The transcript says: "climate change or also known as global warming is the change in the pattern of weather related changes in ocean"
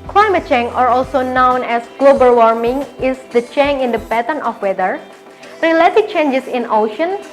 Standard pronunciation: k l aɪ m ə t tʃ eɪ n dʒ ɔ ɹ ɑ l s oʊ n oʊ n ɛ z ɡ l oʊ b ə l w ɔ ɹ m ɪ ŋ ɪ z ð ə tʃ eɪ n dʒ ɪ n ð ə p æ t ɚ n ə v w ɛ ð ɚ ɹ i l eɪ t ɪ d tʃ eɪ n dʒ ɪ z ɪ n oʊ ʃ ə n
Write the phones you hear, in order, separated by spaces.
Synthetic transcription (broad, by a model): k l aɪ m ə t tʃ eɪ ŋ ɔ ɹ ɑ l s oʊ n oʊ n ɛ s ɡ l oʊ b ə l w ɔ ɹ m ɪ ŋ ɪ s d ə tʃ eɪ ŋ ɪ n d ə b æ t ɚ n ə f w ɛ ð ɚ ɹ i l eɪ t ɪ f tʃ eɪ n dʒ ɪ s ɪ n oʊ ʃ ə n